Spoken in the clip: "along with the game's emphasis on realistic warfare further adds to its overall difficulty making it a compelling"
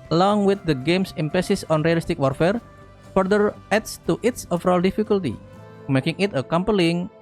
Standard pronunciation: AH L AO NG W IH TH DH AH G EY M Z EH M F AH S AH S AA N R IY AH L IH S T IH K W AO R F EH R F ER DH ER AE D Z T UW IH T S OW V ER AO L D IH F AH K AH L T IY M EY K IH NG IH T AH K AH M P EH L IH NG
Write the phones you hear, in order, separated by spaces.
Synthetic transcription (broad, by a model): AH L AO NG W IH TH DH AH G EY M S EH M P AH S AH S AA N R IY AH L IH S T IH K W AO R F EH R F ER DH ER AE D S T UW IH T S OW F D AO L D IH F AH K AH L T IY M EY K IH NG IH T AH K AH M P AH L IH NG